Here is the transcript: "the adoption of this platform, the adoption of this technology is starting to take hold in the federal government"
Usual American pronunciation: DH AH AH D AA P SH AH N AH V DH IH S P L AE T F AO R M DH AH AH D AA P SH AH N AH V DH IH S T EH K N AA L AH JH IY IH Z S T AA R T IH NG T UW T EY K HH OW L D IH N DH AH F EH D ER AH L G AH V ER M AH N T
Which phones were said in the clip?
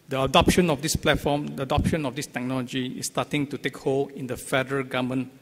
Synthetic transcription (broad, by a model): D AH AH D AA P SH AH N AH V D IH S P L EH T F AO M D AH AH D AA P SH AH N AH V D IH S T EH K N AA L AH JH IY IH S T AA T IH NG T UW T EY K HH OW L IH N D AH F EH D ER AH G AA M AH N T